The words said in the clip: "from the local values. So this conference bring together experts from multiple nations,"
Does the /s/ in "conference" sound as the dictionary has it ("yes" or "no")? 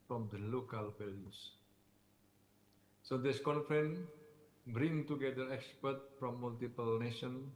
no